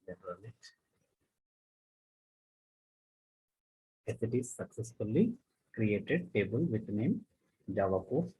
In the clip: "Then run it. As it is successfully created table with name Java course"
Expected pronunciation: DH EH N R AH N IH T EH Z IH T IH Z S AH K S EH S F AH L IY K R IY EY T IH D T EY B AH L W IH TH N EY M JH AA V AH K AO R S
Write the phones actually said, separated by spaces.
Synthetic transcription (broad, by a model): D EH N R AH L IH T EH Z IH T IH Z S AH K S EH S F AH L IY K R IY EY T IH D T EY B AH L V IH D N EY M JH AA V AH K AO